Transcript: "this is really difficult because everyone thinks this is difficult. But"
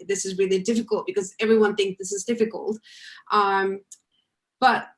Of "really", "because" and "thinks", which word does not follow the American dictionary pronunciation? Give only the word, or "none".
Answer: none